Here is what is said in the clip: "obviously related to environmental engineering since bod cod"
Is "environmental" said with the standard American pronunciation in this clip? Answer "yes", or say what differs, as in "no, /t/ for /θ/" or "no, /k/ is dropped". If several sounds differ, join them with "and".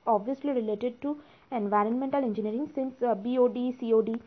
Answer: yes